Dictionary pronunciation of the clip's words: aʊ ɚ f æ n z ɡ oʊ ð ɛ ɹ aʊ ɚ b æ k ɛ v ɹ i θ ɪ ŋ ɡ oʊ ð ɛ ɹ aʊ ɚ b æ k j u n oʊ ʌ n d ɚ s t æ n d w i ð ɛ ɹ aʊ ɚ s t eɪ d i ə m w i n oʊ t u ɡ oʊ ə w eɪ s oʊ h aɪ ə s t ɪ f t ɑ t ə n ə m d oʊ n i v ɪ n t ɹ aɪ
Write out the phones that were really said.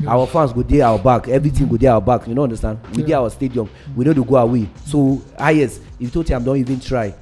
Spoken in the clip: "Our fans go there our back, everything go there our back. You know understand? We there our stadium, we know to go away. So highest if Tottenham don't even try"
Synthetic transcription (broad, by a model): aʊ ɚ f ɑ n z ɡ oʊ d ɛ aʊ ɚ b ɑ k ɛ v ɹ i t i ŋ ɡ oʊ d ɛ aʊ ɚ b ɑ k j u n oʊ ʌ n d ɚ s t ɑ n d w i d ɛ aʊ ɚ s t eɪ d i ə m w i n oʊ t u ɡ oʊ ə w eɪ s oʊ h aɪ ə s ɪ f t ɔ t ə ə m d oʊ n i v ɪ n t ɹ aɪ